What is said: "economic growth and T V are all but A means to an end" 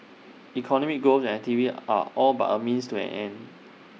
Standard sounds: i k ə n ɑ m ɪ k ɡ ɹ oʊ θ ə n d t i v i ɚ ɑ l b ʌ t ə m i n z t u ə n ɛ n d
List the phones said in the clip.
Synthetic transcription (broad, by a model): i k ə n ɑ m ɪ k ɡ oʊ s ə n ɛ t i v i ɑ ɑ l b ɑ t ə m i n s t u ə n ɛ n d